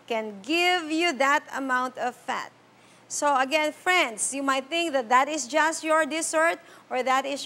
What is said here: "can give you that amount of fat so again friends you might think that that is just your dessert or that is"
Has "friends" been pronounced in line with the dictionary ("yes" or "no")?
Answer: no